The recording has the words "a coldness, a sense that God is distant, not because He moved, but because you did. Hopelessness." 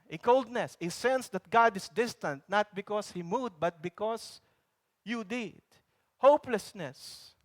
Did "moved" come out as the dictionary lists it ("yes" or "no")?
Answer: no